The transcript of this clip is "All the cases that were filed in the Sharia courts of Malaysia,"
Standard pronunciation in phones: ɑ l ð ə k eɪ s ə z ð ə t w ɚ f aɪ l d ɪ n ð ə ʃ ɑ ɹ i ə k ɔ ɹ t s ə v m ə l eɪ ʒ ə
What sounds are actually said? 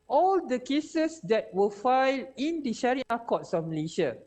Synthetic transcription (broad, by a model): ɑ l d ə k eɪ s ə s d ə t w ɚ f aɪ l ɪ n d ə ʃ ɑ ɹ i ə k ɔ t s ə f m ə l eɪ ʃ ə